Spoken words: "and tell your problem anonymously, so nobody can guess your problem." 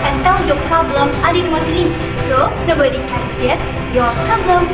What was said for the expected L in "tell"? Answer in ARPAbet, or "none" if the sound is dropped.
W